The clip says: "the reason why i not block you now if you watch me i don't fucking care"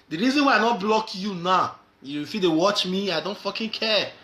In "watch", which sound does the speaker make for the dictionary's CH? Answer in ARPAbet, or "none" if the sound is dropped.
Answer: CH